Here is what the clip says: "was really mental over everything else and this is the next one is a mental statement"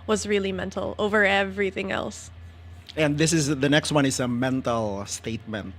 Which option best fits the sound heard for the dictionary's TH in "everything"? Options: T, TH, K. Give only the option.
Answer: TH